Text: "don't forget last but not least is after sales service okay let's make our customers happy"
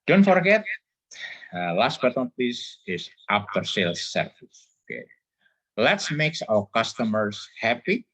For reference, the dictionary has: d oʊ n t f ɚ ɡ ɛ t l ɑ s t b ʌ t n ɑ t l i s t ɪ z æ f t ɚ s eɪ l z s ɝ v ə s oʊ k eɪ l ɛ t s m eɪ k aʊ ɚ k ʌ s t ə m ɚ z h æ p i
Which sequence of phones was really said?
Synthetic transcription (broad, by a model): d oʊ n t f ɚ ɡ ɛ t l ɑ s t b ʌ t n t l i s ɪ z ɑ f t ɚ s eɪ l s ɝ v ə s oʊ k eɪ l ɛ t s m eɪ k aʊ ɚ k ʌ s t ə m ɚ s h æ p i